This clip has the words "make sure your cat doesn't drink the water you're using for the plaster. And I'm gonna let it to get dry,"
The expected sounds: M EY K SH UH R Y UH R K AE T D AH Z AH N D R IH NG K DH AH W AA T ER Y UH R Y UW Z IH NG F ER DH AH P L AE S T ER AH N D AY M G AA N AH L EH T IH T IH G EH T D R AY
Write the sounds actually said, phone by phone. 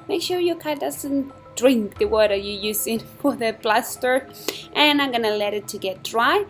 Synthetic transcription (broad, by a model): M EY K SH UH R Y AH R K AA D AH Z AH N D R IH NG K DH AH W AA T ER Y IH Y UW Z IH NG F ER DH AH B L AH S T ER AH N AY M G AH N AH L EH T IH T IH G EH T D R AY